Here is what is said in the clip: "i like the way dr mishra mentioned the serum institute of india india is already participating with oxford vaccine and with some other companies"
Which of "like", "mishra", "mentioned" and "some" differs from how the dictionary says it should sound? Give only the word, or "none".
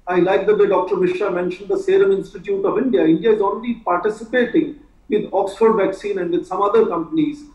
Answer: mishra